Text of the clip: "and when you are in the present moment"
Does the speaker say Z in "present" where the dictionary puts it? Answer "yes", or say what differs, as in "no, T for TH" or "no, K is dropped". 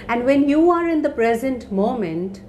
yes